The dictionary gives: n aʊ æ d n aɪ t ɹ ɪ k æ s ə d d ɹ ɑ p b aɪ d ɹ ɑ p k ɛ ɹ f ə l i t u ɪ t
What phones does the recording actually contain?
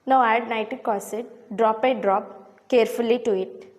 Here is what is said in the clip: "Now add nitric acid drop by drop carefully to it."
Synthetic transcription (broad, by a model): n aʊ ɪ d n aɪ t ɪ k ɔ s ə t d ɹ ɑ p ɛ d ɹ ɑ p k ɛ ɹ f ə l i t u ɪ t